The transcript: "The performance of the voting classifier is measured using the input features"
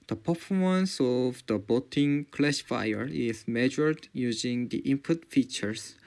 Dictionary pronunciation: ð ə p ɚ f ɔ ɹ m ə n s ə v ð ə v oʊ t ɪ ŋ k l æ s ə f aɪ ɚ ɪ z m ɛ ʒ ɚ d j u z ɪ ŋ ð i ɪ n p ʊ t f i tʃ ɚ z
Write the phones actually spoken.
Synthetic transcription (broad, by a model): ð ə p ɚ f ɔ ɹ m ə n s ə v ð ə b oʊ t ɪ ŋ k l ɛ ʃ f aɪ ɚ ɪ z m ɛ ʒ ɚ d j u z ɪ ŋ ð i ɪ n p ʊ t f i tʃ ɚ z